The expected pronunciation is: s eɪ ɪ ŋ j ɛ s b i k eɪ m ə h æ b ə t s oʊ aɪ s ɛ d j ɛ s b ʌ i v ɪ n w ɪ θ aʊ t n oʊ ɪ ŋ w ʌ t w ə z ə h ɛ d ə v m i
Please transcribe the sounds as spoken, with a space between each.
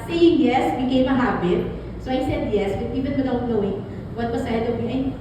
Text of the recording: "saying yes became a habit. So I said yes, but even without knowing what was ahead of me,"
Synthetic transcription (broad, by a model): s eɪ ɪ ŋ j ɛ s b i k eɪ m ə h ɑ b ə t s oʊ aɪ s ɛ d j ɛ s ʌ i v ɪ n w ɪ t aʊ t n oʊ ɪ ŋ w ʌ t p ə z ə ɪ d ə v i